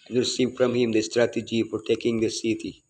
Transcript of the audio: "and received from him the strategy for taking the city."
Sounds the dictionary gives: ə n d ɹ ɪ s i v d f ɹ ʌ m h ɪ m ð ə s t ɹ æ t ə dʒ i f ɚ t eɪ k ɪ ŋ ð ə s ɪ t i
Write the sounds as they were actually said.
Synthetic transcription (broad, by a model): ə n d ɹ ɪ s i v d f ɹ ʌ m h ɪ m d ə s t ɹ æ t ə dʒ i p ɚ t eɪ k ɪ ŋ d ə s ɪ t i